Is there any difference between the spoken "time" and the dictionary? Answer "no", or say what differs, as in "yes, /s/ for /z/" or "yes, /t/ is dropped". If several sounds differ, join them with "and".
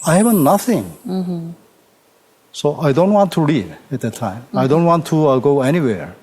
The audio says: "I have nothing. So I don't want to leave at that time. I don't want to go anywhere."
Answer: no